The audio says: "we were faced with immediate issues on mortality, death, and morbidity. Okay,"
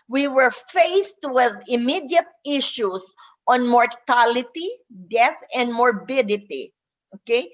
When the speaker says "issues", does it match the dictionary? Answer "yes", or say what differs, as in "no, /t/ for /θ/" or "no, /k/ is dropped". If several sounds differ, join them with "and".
no, /s/ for /z/